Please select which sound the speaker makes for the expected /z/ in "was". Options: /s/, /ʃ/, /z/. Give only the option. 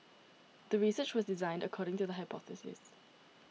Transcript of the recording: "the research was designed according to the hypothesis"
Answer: /z/